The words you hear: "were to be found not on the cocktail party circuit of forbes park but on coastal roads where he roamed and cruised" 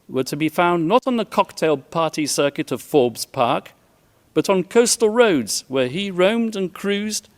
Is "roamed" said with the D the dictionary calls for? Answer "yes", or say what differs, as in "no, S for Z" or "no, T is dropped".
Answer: yes